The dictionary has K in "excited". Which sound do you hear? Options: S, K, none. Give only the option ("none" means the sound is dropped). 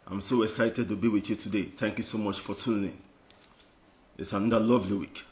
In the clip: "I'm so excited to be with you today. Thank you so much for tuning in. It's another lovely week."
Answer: K